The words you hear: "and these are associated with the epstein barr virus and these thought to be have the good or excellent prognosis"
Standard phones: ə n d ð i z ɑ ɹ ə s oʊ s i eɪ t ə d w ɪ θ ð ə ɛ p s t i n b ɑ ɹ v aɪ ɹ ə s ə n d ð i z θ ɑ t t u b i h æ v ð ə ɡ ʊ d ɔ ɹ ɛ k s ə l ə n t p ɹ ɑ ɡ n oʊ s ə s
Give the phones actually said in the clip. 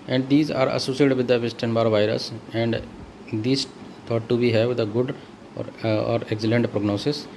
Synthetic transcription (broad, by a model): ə n d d i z ɑ ɹ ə s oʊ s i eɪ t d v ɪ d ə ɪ s t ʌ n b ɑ ɹ v aɪ ɹ ə s ə n d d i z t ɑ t t u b i h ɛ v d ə ɡ ʊ d ɔ ɹ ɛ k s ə l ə n t p ɹ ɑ ɡ n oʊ s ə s